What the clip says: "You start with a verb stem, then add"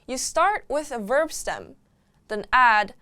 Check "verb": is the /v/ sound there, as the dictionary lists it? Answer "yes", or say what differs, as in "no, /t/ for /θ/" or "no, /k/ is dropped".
yes